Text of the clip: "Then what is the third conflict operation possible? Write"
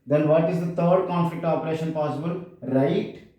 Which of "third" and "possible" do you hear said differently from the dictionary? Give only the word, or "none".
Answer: third